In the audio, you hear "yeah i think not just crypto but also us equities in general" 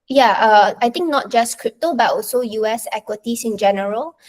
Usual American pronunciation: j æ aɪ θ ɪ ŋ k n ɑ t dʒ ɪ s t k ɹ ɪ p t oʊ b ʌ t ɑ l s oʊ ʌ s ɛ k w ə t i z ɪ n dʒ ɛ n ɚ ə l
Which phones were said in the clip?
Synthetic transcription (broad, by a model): j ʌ aɪ t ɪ ŋ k n ɑ t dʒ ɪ s k ɹ ɪ p t oʊ b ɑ t ɑ l s oʊ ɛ s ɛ k w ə t i s ɪ n dʒ ɛ n ɚ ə l